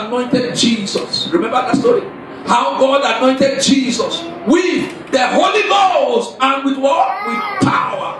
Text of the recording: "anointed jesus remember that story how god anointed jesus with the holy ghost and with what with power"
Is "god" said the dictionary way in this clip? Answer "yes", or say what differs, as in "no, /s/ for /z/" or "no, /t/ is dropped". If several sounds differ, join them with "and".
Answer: yes